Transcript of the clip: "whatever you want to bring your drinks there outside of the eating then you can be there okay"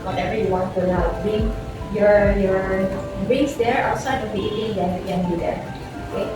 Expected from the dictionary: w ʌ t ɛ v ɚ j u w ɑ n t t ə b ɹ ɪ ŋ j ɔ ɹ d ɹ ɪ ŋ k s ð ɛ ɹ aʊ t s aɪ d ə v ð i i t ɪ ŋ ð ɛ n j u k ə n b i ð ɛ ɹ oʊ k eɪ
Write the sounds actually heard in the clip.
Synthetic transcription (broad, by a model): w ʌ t ɛ v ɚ j u w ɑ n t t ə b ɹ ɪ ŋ j ɔ ɹ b ɹ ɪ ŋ s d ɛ ɹ aʊ t s aɪ d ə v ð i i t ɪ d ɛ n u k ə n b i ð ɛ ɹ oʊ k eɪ